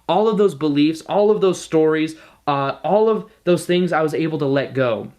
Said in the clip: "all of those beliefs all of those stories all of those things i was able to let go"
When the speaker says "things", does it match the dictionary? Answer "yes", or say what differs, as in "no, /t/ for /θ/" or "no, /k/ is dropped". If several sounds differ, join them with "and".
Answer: yes